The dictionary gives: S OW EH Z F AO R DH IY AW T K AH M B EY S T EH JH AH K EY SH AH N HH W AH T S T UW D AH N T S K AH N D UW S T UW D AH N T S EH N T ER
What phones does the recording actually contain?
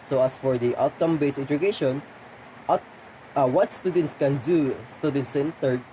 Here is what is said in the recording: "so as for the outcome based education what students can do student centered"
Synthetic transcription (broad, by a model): S OW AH S F AO R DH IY AW T K AH M B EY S EH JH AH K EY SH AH N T W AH T S T UW D AH N T S K AH N D UW S T UW D AH N T S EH N T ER